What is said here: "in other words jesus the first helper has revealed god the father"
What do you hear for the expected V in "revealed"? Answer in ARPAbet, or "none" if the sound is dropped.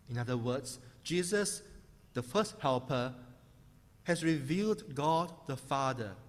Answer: V